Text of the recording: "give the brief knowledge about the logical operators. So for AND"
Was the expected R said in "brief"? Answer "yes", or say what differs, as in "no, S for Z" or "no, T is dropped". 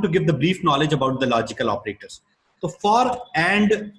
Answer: yes